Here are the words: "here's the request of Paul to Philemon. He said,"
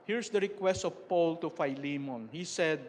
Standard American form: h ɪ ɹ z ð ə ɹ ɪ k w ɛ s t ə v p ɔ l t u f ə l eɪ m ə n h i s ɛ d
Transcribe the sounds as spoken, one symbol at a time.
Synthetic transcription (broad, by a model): h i ɹ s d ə ɹ ɪ k w ɛ s t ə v p ɔ l t u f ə l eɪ m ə n h i s ɛ d